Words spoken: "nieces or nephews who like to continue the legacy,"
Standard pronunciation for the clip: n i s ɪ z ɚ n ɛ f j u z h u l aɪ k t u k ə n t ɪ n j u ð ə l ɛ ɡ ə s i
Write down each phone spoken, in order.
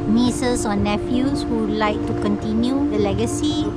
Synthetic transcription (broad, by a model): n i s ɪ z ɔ n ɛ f j u s h u l aɪ k t u k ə n t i n j u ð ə l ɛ ɡ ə s i